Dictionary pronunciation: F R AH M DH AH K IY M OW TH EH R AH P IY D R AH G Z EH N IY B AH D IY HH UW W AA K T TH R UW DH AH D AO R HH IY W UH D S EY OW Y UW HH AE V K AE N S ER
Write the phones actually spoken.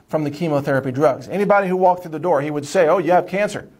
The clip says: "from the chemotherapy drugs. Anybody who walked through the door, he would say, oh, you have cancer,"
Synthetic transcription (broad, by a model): F R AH M DH AH K IY M OW TH EH R AH P IY D R AH G Z EH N IY B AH D IY HH UW W AA K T TH R UW DH AH D AO R HH IY W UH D S EY OW Y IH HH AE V K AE N S ER